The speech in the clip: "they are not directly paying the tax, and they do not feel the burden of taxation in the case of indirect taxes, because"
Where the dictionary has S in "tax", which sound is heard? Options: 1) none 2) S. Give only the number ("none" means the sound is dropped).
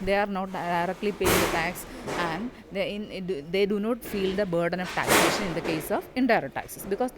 2